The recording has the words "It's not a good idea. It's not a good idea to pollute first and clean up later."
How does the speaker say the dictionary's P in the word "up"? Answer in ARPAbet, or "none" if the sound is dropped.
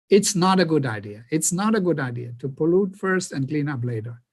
B